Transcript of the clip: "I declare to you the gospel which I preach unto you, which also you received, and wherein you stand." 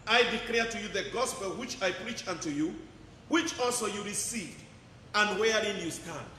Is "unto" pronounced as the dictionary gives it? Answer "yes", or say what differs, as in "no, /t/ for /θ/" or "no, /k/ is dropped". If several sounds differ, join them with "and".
yes